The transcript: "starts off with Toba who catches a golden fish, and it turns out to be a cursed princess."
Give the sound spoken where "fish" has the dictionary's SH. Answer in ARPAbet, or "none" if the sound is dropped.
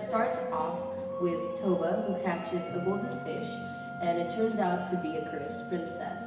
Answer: SH